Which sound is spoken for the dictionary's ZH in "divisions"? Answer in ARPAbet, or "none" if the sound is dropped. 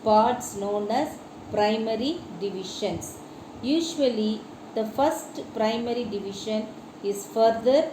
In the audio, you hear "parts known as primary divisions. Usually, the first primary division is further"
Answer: SH